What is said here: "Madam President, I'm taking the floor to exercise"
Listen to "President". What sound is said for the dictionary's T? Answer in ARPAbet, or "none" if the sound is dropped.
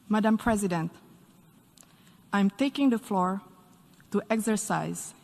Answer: T